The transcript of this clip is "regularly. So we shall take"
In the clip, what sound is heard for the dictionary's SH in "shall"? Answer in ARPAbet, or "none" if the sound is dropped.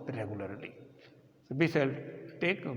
S